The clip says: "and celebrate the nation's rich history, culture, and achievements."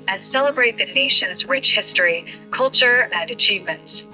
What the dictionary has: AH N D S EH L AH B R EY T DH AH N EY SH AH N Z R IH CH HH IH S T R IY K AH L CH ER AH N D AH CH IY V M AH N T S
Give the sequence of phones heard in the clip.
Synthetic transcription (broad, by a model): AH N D S EH L AH B R EY T DH AH N EY SH AH N Z R IH CH HH IH S T R IY K AH L CH ER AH N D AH CH IY V M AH N T S